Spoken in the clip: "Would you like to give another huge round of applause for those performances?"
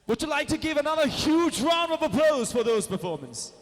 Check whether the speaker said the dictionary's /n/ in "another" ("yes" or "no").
yes